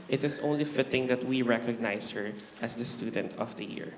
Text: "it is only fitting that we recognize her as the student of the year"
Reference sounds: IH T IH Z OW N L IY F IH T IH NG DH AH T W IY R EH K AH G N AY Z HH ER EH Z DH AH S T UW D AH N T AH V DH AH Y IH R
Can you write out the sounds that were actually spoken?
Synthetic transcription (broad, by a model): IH T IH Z OW N L IY F IH T IH NG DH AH T W IY R EH K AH G N AY S HH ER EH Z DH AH S T UW D AH N T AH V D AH Y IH R